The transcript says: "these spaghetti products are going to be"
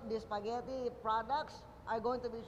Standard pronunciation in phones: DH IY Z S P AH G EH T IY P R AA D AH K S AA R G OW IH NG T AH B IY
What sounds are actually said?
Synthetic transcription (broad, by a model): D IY S P AH G EH T IY P R AA D AH K S AA R G OW IH NG T AH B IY